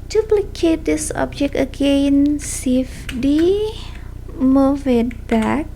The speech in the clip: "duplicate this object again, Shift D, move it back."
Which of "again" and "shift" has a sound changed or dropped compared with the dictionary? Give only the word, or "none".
shift